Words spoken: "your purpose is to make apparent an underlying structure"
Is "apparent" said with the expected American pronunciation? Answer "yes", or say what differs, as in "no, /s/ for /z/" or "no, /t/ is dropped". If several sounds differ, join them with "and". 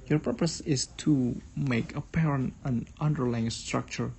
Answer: yes